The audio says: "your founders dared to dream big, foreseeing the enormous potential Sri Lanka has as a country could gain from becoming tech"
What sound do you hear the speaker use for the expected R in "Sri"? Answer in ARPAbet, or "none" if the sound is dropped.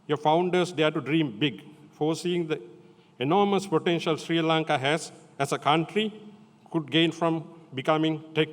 R